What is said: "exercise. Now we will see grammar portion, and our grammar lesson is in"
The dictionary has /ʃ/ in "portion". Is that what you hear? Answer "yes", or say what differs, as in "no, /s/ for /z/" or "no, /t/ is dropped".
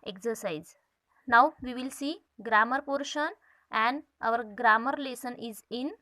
yes